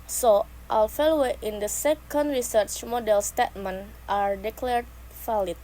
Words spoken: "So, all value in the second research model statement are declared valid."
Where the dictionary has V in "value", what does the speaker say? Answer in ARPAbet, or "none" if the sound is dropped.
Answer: F